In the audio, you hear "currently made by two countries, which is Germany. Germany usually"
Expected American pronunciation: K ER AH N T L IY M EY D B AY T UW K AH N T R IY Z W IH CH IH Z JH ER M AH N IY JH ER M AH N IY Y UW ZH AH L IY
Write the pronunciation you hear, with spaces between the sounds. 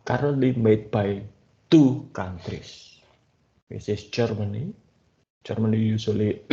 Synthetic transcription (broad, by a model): K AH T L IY M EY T B AY T UW K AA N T R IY S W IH S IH S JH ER M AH N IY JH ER M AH N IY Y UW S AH L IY